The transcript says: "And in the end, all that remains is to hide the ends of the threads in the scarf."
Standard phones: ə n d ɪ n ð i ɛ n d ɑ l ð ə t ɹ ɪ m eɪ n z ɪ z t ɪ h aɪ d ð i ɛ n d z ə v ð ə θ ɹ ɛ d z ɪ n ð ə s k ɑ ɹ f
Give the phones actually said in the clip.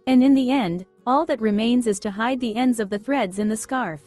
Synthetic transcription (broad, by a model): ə n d ɪ n ð i ɛ n d ɑ l ð ə t ɹ ɪ m eɪ n z ɪ z t ɪ h aɪ d ð i ɛ n d z ə v ð ə θ ɹ ɛ d z ɪ n ð ə s k ɑ ɹ f